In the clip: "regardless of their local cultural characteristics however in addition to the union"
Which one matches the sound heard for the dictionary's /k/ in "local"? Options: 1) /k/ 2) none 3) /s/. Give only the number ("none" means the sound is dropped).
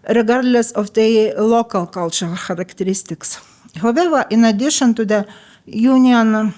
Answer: 1